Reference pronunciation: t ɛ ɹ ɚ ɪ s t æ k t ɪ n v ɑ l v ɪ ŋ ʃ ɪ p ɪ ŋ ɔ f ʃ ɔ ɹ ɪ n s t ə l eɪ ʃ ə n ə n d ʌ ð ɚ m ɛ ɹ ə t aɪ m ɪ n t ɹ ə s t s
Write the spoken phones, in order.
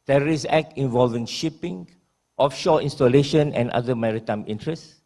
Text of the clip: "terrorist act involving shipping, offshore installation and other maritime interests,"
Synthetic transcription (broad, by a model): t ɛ ɹ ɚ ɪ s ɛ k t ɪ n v ɑ l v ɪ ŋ ʃ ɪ p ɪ ŋ ɔ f ʃ ɔ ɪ n s t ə l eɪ ʃ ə n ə n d ʌ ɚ m ɛ ɹ ə t aɪ m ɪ n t ɹ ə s s